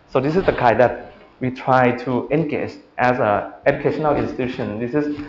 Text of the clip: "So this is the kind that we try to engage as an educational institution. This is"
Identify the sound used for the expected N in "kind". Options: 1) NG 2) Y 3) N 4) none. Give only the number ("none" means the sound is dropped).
4